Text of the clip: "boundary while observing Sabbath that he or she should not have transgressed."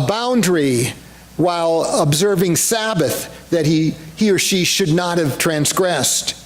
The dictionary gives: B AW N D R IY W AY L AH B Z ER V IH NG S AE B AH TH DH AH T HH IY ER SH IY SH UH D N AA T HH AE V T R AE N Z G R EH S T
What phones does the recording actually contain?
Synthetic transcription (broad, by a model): B AW N D R IY W AY L AH B Z ER V IH NG S AE B AH TH DH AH T HH IY ER SH IY SH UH D N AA T HH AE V T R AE N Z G R EH S T